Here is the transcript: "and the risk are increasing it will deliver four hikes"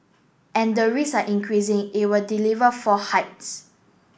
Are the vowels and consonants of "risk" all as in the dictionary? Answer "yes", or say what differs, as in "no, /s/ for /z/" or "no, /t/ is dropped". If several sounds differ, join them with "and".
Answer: no, /k/ is dropped